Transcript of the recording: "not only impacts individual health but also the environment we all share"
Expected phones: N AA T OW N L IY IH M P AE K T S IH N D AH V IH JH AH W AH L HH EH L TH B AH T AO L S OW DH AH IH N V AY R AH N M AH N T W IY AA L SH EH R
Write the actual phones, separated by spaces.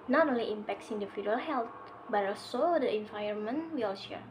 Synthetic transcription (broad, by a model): N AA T OW N L IY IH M P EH K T S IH N D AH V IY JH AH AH L HH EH L T B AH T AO S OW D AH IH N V AY AH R M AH N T W IY L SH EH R